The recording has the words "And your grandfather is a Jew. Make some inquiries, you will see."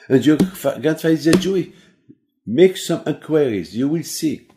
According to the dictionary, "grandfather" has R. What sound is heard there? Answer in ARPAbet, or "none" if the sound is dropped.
none